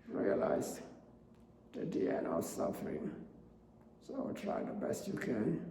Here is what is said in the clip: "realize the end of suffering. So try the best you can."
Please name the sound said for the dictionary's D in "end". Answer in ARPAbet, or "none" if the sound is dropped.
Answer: none